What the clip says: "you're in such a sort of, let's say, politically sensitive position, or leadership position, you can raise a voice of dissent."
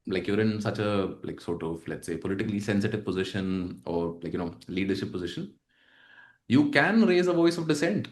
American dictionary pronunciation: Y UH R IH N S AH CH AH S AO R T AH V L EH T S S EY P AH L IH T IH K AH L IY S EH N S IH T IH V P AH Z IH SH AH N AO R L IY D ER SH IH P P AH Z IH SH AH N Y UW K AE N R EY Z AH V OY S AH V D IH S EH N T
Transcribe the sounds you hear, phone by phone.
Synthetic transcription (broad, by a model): Y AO R IH N S AH CH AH S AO T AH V L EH T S S EY P AH L IH T IH K AH L IY S EH N S IH T IH V P AH Z IH SH AH N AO R L IY D ER SH IH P P AH Z IH SH AH N Y UW K AE N R EY Z AH V OY S AH V D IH S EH N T